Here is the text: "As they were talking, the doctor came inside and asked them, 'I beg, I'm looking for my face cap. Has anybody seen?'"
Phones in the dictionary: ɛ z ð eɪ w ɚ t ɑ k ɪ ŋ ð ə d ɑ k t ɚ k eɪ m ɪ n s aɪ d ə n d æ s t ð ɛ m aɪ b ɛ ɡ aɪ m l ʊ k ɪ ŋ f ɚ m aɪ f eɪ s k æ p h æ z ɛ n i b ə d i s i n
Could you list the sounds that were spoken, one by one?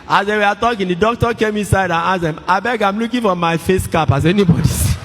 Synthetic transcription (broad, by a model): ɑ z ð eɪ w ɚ t ɑ k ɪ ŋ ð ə d ɑ k t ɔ k eɪ m ɪ n s aɪ d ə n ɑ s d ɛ m aɪ b ɛ ɡ aɪ m l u k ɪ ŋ f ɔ m aɪ f eɪ s k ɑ p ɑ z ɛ n i b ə d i i